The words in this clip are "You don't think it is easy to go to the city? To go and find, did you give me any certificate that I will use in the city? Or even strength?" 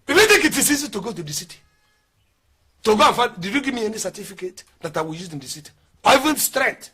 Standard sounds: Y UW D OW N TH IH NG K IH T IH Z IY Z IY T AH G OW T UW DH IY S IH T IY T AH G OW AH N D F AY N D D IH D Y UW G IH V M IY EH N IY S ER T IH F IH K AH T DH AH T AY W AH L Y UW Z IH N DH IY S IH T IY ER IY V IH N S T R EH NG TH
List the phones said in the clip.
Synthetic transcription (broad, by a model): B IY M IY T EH K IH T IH S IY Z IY T AH G OW T UW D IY S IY T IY T AH G OW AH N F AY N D D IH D Y UW G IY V M IY EH N IY S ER T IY F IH K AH T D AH T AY W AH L Y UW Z IH N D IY S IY T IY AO IY V IH N S T R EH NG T